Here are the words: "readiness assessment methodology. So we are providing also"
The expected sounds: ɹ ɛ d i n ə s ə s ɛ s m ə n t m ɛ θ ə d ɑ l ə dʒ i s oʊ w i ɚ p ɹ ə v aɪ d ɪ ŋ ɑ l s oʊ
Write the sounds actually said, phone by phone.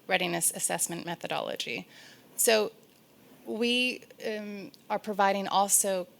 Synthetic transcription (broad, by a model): ɹ ɛ d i n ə s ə s ɛ s m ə n m ɛ θ ə d ɑ l ə dʒ i s oʊ w i ɚ p ɹ ə v aɪ d ɪ ŋ ɑ l s oʊ